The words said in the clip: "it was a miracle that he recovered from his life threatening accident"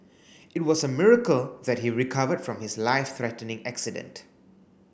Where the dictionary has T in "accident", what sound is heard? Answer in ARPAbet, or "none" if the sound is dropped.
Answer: T